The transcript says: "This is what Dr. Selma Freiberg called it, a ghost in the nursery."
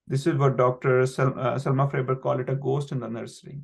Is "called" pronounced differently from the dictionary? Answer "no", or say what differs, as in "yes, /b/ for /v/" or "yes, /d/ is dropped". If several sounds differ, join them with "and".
yes, /d/ is dropped